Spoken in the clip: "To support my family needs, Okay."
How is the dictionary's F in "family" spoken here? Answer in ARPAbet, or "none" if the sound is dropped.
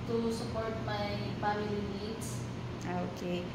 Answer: P